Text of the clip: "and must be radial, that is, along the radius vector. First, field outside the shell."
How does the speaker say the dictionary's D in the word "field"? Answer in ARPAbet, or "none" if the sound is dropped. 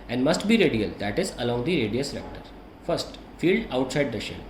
D